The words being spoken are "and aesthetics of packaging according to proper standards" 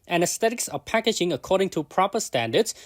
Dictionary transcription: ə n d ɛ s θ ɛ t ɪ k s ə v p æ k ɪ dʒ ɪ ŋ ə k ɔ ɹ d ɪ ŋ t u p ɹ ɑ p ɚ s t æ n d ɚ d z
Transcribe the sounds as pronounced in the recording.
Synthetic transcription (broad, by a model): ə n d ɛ s t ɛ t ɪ k s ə p æ k ɪ dʒ ɪ ŋ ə k ɔ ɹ d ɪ ŋ t u p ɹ ɑ p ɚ s t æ n d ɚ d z